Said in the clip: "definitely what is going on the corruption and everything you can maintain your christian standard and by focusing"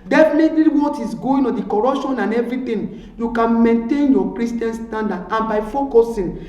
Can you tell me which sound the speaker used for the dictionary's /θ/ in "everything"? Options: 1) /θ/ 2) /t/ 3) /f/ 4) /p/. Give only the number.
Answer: 2